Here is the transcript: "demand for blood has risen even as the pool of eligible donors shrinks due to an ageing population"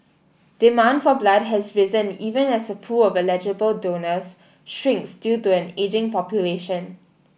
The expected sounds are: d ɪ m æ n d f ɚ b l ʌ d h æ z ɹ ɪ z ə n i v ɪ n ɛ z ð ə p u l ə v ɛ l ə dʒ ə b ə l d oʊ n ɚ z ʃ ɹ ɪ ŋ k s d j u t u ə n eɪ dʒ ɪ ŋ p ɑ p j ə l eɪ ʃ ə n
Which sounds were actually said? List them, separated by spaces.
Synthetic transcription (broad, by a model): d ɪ m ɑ n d f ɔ b l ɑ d h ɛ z ɹ ɪ z ə n i v ɪ n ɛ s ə p u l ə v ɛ l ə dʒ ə b ə l d oʊ n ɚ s ʃ ɹ ɪ ŋ k s d j u t u ə n eɪ dʒ ɪ ŋ p ɑ p j ə l eɪ ʃ ə n